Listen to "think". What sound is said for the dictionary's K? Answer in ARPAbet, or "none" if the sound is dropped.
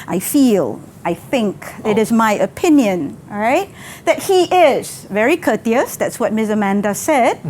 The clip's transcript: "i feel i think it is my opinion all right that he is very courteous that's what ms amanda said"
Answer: K